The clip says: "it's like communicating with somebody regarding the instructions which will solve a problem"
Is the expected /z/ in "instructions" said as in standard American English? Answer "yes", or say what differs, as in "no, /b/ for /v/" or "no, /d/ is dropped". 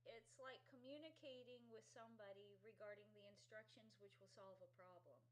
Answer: yes